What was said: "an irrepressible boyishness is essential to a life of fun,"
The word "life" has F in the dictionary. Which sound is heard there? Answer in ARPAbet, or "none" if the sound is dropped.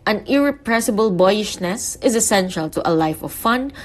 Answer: F